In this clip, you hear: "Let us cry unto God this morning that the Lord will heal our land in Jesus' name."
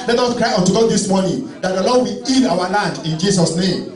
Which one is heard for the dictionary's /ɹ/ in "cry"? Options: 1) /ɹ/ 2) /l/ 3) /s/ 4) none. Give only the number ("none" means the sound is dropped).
1